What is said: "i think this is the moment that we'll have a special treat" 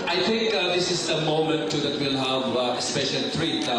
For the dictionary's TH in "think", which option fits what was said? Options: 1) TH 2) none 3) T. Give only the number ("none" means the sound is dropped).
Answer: 3